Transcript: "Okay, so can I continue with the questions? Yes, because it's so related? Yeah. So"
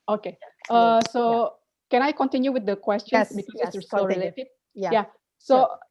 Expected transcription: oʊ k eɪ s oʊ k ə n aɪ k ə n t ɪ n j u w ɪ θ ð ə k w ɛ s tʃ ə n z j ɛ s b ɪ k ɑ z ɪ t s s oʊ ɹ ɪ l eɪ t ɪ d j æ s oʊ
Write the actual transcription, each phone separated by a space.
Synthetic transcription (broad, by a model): oʊ k eɪ s oʊ k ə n aɪ k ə n t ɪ n j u w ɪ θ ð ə k w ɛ s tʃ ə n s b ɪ k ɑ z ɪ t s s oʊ l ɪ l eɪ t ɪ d j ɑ s oʊ